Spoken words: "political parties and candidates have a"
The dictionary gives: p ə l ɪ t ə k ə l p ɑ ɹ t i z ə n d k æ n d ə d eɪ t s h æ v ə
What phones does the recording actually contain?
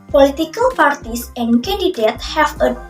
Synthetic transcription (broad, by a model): p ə l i t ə k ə l p ɑ ɹ t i s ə n k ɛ n d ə d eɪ t h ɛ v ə